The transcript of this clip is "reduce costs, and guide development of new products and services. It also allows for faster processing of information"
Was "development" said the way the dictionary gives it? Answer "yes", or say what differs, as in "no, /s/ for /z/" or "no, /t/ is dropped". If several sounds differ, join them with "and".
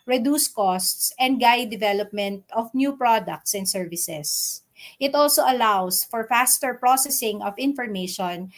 yes